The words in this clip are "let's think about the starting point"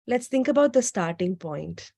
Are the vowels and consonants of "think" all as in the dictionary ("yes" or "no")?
no